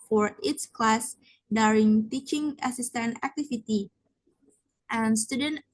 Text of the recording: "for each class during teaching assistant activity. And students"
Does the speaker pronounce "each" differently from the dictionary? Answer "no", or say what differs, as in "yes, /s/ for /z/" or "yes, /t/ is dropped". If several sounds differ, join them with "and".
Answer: yes, /s/ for /tʃ/